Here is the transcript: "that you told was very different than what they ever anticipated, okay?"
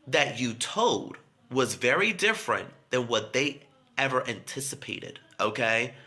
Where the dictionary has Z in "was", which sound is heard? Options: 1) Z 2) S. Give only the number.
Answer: 1